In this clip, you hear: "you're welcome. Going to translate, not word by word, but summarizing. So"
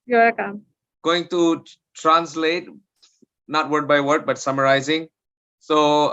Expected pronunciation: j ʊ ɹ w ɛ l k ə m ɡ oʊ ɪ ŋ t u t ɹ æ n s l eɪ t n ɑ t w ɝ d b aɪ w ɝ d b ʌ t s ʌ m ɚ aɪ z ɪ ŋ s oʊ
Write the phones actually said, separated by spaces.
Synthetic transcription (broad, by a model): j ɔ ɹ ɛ k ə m ɡ oʊ ɪ ŋ t u t ɹ æ n s l eɪ t n ɑ t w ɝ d b aɪ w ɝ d b ʌ t s ʌ m ɚ aɪ z ɪ ŋ s oʊ